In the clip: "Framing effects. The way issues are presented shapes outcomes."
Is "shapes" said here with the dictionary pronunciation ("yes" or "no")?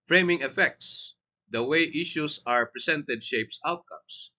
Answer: yes